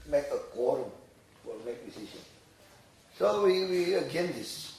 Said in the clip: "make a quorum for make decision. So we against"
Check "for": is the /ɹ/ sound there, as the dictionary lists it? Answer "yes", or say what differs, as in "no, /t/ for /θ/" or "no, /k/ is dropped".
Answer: no, /l/ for /ɹ/